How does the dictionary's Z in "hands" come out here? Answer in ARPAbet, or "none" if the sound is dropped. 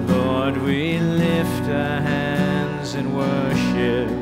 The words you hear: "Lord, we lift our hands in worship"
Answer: Z